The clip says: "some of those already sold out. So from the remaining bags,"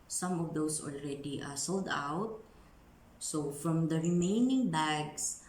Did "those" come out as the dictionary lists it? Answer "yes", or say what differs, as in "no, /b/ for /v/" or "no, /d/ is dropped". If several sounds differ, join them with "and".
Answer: no, /s/ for /z/